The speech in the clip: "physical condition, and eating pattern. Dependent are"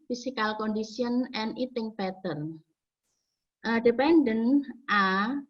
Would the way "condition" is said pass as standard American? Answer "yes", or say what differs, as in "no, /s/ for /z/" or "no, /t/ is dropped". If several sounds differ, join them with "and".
no, /s/ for /ʃ/